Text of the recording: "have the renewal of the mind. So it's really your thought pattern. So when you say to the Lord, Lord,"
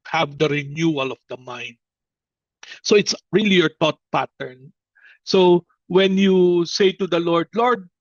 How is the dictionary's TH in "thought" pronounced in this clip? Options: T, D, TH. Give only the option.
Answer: T